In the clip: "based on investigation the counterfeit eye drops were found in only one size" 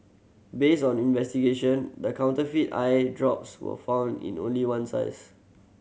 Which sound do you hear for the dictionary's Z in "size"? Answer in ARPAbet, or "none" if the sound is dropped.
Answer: S